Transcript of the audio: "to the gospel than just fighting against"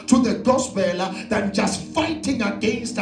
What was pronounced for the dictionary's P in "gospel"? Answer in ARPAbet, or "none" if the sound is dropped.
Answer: B